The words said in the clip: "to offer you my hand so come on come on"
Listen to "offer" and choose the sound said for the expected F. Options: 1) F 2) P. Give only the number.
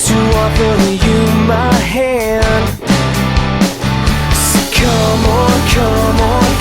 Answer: 2